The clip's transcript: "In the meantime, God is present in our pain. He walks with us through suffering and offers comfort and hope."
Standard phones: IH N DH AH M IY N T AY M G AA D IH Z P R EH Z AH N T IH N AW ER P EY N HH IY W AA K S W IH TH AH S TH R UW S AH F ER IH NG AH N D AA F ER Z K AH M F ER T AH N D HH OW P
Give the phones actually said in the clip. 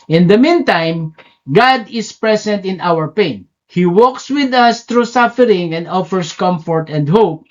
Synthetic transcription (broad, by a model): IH N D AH M IY N T AY M G AA D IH S P R EH S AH N T IH N AW ER P EY N HH IY W AA K S W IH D AH S T R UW S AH F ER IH NG AH N D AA F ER S K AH M F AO T AH N D HH OW P